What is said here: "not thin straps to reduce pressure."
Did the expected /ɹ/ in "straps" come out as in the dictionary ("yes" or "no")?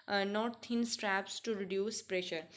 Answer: yes